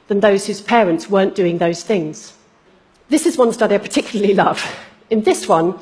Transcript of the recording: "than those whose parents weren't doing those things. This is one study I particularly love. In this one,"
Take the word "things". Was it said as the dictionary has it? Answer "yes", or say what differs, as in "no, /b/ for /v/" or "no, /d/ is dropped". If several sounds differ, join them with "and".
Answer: yes